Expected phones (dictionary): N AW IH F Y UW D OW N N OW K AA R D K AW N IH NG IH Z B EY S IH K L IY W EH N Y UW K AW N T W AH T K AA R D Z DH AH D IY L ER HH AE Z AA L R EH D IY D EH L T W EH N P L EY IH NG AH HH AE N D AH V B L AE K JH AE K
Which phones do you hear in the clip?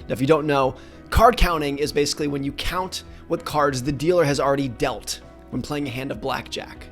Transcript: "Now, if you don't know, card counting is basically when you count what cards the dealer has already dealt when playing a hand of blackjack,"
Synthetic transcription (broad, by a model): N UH IH F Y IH D OW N N OW K AA R D K AW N IH NG IH Z B EY S IH K L IY W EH N Y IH K AW N T W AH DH K AA R D Z DH AH D IY L ER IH Z L R EH D IY D EH L T W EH N P L EY IH NG AH HH AE N D AH V B L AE K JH AE K